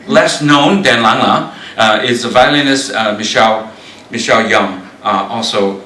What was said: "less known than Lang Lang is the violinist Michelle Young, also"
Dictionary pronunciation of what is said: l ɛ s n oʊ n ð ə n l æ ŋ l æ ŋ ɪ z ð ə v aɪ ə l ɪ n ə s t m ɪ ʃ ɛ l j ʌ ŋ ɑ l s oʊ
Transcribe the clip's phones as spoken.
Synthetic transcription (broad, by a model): l ɛ s n oʊ n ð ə n l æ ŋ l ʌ ɪ z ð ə v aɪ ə n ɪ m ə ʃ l m ɪ ʃ ɛ l j ʌ ŋ ɑ l s oʊ